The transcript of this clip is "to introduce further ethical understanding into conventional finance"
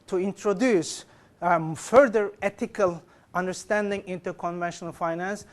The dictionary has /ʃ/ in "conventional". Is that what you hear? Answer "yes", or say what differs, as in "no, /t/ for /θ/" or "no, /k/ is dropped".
yes